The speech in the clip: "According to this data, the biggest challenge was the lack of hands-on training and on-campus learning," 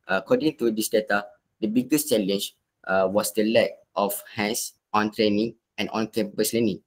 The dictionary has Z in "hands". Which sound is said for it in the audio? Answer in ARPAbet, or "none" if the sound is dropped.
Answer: S